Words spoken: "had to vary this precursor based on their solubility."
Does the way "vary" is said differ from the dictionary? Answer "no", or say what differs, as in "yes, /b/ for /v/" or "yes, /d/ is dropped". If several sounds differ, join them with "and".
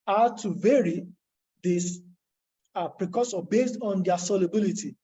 no